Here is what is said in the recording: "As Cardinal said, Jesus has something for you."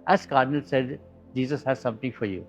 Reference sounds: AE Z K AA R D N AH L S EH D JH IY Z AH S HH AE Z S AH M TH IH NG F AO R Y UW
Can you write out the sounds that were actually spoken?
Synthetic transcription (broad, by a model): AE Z K AA R D N AH L S EH D JH IY Z AH S HH AE Z S AH M T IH NG F AO R Y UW